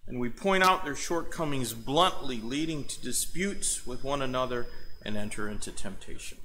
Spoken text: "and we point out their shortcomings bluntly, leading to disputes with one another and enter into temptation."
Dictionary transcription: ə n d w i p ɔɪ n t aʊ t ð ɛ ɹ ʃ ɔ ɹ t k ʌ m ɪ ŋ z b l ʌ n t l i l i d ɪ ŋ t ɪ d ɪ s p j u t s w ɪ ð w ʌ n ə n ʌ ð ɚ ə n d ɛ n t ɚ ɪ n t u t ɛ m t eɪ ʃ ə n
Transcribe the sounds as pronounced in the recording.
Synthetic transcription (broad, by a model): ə n w i p ɔɪ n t aʊ t ð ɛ ɹ ʃ ɔ ɹ t k ʌ m ɪ ŋ z b l ʌ n t l i l i d ɪ ŋ t ɪ d ɪ s p j u t s w ɪ ð w ʌ n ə n ʌ ð ɚ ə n ɛ n t ɚ ɪ n t u t ɛ m t eɪ ʃ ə n